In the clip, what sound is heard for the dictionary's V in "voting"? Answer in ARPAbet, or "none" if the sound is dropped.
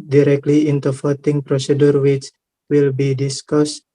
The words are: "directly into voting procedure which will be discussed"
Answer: F